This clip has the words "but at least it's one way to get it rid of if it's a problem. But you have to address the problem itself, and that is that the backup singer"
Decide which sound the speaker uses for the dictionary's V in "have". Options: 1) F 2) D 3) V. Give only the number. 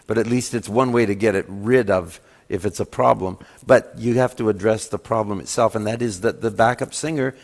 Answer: 1